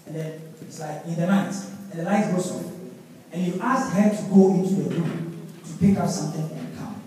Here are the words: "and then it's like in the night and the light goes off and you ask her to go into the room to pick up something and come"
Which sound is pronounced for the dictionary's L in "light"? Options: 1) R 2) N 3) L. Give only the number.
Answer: 2